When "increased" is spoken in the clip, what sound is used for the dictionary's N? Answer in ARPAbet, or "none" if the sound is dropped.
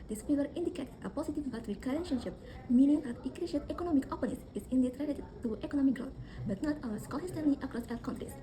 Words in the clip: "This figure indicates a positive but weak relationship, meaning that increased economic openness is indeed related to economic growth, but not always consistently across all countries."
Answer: none